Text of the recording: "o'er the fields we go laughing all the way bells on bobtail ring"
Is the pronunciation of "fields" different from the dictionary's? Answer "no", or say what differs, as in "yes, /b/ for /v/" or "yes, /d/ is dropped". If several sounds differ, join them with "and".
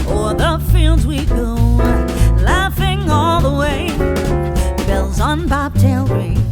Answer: no